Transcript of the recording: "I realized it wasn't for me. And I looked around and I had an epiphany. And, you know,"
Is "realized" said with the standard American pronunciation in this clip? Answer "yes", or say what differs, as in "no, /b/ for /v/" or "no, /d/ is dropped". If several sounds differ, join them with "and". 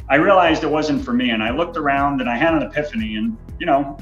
yes